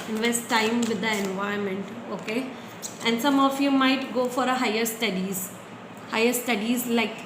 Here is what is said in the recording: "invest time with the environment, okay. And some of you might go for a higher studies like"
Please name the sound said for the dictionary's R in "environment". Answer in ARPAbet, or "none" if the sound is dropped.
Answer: none